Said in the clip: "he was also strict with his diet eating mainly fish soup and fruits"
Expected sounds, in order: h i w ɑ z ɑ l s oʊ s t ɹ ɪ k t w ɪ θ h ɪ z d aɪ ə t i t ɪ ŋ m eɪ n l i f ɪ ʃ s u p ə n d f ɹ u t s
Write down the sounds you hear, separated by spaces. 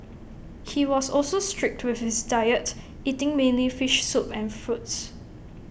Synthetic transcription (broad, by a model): h i w ɑ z ɑ l s oʊ s t ɹ ɪ k t w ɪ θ h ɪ s d aɪ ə t i t ɪ ŋ m eɪ n l i f ɪ ʃ s u p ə n f ɹ u t s